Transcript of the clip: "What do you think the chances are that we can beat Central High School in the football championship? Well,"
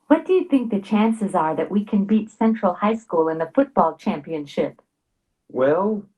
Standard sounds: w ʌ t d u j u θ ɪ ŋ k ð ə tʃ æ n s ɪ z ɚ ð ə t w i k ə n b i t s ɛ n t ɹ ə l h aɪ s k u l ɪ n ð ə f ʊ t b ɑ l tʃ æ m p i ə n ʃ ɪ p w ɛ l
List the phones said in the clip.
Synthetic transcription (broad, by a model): w ʌ t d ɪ j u θ ɪ ŋ k ð ə tʃ æ n s ɪ z ɚ ð ə t w i k ə n b i t s ɛ n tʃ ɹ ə l h aɪ s k u l ɪ n ð ə f ʊ t b ɑ l tʃ æ m p i ə n ʃ ɪ p w ɛ l